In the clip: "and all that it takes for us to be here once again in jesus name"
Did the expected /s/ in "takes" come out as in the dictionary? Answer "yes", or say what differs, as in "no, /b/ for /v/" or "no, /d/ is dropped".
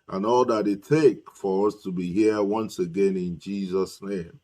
no, /s/ is dropped